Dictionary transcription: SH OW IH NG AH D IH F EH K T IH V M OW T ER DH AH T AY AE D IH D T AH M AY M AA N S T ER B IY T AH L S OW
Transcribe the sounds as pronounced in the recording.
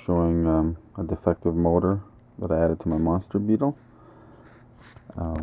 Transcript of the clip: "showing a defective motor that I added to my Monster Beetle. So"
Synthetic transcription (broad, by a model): SH OW IH NG AH D IH F EH K T IH V M OW T ER DH AH T AY AE D IH D T AH M AY M AA N S T ER B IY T L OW